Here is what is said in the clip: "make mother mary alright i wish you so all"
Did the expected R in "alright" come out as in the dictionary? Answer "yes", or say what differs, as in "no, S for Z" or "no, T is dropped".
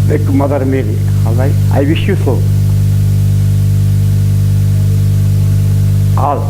no, R is dropped